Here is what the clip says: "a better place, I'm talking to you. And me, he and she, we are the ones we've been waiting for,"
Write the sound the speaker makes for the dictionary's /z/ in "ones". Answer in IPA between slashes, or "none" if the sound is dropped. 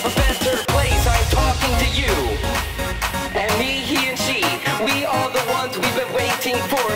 /z/